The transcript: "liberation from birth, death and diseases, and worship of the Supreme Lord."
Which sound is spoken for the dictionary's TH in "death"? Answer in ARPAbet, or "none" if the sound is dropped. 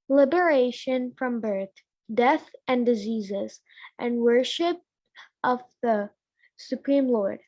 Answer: TH